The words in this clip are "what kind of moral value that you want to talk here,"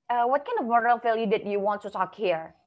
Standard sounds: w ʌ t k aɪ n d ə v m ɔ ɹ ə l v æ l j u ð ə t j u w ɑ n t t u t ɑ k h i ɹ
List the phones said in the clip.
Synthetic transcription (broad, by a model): w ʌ t k aɪ n d ə v m ɔ ɹ ə l f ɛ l j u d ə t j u w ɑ n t t u t ɑ k h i ɹ